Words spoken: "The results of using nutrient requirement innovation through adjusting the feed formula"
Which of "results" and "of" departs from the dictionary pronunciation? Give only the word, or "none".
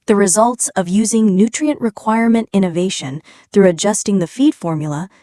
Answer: none